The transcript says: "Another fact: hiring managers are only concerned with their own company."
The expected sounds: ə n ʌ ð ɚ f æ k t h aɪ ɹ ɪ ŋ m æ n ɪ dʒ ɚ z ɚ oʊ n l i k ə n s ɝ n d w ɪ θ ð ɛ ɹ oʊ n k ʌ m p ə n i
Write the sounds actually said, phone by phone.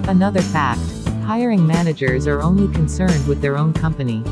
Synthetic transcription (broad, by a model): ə n ʌ ð ɚ f æ k t h aɪ ɹ ɪ ŋ m æ n ɪ dʒ ɚ z ɚ oʊ n l i k ə n s ɝ n d w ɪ ð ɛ ɹ oʊ n k ʌ m p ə n i